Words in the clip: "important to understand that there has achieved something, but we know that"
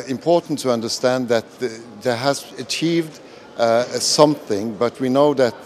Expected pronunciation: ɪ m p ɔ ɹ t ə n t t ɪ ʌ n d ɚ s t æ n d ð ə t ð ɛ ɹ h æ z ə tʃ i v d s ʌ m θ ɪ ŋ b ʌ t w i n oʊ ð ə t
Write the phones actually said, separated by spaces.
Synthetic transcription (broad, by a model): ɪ m p ɔ ɹ t n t t ɪ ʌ n d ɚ s t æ n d ð ə t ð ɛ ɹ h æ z ə tʃ i v d s ʌ m θ ɪ ŋ b ʌ t w i n oʊ ð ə t